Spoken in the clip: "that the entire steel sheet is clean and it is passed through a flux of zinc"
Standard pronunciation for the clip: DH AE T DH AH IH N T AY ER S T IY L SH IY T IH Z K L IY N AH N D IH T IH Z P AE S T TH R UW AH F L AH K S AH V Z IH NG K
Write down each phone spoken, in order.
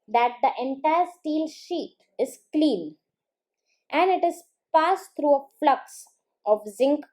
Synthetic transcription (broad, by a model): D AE T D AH IH N T AY ER S T IY L SH IY T IH Z K L IY N AH N D IH T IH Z P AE S T R UW AH F L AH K S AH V Z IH NG K